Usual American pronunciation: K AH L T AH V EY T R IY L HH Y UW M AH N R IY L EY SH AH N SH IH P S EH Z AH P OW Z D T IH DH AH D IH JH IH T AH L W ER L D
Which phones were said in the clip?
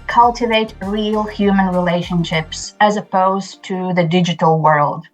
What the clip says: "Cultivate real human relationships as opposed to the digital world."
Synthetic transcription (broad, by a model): K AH L T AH V EY T R IY L HH Y UW M AH N R IY L EY SH AH N SH IH P S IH Z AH P OW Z T IH DH AH D IH JH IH T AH L W ER L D